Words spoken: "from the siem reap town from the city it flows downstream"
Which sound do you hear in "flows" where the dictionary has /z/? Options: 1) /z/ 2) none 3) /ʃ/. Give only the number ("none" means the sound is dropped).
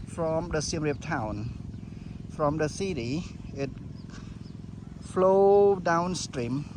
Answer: 2